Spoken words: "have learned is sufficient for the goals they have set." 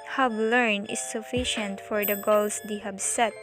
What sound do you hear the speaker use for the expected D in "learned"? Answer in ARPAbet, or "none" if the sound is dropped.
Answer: none